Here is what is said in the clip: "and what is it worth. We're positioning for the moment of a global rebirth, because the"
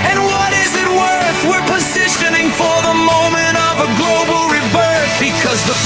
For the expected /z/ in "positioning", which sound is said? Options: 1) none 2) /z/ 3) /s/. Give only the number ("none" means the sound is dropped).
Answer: 2